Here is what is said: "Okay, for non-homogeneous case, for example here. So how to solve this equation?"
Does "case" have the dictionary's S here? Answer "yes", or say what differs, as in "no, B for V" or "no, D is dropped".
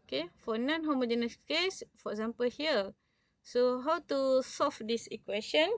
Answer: yes